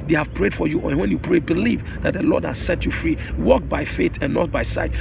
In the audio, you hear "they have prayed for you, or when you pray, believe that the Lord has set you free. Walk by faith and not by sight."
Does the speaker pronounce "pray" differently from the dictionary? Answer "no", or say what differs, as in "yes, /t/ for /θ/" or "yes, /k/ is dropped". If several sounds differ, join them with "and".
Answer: no